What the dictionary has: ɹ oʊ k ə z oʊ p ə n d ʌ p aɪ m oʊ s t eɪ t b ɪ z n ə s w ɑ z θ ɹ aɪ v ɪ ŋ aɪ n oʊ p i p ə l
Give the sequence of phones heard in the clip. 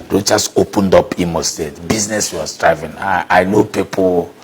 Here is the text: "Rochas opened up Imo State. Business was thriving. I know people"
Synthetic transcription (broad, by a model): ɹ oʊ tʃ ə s oʊ p ə n d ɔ p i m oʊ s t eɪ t b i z n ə s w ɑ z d ɹ aɪ v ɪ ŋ aɪ n oʊ p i p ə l